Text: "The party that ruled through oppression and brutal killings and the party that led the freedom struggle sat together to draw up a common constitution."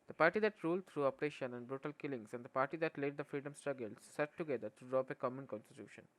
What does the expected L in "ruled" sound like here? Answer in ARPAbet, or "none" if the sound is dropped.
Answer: L